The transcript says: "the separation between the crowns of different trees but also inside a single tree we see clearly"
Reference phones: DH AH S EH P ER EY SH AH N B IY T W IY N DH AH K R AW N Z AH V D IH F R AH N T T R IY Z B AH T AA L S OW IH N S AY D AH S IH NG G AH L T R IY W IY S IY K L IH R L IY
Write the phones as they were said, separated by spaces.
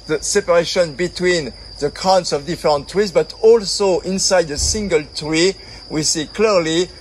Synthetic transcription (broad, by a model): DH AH S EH P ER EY SH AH N B IY T W IY N DH AH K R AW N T AH V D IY F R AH N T T R IY Z B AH T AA L S OW IH N S AY D AH S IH NG G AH L T R IY W IY S IY K L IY R L IY